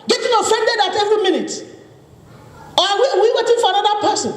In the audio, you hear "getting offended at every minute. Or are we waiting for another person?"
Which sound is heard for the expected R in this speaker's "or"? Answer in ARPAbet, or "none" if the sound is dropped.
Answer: W